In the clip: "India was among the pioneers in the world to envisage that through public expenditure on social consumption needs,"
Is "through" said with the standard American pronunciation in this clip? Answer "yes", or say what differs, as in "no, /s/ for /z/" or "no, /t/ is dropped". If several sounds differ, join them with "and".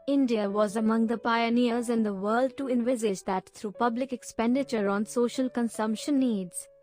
no, /t/ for /θ/